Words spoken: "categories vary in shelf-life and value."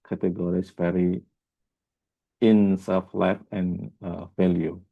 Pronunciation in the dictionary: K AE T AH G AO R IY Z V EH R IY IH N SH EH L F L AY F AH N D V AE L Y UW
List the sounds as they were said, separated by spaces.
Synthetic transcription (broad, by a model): K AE T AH G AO R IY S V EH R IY IH N S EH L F L AY F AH N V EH L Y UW